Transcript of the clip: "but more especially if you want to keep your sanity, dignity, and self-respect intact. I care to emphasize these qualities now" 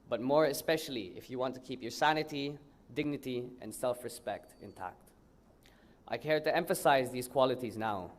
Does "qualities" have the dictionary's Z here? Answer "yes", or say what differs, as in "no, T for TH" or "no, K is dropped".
yes